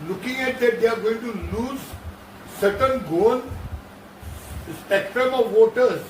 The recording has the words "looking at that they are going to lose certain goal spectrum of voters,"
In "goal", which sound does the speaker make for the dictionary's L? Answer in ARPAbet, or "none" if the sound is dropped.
N